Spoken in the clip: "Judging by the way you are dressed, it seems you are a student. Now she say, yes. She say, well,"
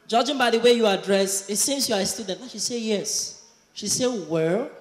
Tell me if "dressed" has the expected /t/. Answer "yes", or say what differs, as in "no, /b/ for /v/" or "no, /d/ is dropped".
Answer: no, /t/ is dropped